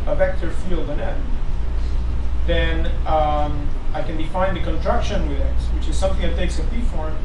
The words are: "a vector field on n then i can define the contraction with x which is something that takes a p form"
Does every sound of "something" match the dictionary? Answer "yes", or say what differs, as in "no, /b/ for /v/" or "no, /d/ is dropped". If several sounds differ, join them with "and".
yes